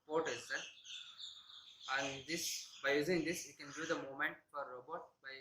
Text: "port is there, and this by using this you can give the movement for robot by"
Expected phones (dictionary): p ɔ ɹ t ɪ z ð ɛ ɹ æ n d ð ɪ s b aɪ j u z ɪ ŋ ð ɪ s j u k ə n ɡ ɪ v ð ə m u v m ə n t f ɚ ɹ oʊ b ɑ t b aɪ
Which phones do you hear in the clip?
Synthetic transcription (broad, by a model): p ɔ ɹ t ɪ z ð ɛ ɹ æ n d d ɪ s b aɪ j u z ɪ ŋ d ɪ s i k ə n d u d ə m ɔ m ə n t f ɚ ɹ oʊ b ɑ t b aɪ